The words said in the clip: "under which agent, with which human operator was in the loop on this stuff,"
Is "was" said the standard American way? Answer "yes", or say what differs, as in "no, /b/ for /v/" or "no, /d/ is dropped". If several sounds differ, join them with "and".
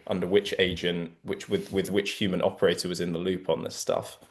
yes